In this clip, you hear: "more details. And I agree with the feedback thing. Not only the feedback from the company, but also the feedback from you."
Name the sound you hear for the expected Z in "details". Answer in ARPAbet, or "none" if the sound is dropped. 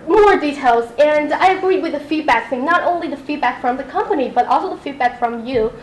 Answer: Z